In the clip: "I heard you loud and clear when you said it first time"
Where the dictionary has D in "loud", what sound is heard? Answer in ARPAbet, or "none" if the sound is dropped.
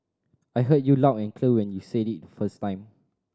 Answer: none